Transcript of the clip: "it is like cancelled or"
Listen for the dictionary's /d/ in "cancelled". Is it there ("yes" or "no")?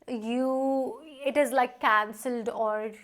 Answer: yes